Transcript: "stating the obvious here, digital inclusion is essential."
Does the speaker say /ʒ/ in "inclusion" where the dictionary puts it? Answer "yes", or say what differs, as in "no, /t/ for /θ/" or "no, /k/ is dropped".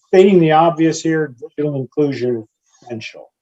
yes